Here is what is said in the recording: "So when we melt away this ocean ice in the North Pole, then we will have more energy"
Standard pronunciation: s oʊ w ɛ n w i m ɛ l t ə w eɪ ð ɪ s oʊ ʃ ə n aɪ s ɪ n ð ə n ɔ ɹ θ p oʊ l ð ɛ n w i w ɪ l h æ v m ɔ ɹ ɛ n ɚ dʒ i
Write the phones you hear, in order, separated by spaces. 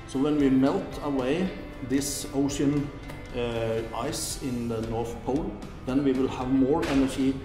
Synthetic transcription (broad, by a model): s oʊ w ɛ n w i m ɛ l t ə w eɪ ð ɪ s oʊ ʃ ə n aɪ s ɪ n ð ə n ɔ ɹ θ p oʊ l ð ɛ n w i w ɪ l h æ v m ɔ ɹ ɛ n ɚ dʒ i